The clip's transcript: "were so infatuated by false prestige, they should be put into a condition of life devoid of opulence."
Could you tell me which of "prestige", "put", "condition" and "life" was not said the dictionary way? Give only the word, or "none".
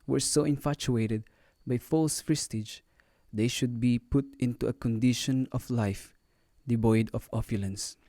prestige